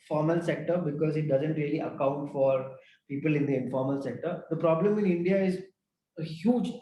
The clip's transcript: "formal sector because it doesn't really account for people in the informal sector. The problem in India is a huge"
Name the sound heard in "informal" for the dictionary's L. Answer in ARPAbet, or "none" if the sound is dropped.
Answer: L